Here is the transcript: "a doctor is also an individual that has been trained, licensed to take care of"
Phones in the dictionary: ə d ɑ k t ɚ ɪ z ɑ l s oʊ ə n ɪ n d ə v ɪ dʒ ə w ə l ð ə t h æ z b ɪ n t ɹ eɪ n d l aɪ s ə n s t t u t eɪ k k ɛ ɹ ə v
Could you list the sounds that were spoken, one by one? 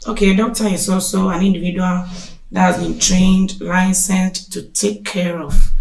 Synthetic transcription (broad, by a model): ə d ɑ k t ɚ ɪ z ɑ l s oʊ ə n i n d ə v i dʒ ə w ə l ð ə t h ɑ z b ɪ n t ɹ eɪ n d l aɪ s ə n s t t u t eɪ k k ɛ ɹ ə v